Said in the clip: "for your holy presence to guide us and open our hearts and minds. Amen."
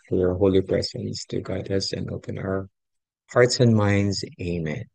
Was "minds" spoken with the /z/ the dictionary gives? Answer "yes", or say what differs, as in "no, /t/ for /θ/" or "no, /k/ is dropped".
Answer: yes